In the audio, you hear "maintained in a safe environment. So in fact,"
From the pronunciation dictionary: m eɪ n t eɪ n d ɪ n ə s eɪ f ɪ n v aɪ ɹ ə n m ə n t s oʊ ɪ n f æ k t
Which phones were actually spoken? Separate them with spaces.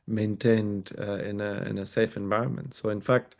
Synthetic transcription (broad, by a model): m eɪ n t eɪ n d ɪ n ə s eɪ f ɪ n v aɪ ɹ ə n m ə n t s oʊ ɪ n f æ k t